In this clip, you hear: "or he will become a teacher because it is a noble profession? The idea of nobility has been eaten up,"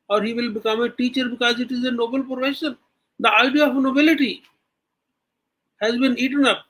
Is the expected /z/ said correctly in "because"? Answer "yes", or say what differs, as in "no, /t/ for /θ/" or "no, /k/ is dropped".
yes